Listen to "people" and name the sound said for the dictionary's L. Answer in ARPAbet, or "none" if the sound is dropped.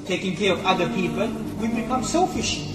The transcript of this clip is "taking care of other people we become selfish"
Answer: L